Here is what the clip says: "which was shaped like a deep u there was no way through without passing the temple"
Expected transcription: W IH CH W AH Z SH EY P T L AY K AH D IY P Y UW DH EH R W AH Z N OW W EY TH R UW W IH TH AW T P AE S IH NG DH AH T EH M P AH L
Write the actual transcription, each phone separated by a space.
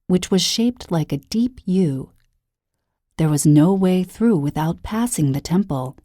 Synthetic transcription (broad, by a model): W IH CH W AH Z SH EY P T L AY K AH D IY P Y UW DH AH R W AH Z N OW W EY TH R UW W IH TH AW T P AE S IH NG DH AH T EH M P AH L